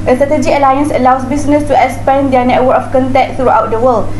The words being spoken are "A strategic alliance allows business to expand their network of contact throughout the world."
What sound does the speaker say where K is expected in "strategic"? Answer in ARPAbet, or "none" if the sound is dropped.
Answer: none